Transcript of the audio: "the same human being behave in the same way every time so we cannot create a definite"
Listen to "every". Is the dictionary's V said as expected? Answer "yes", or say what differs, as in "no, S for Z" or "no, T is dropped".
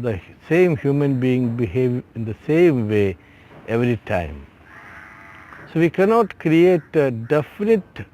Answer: yes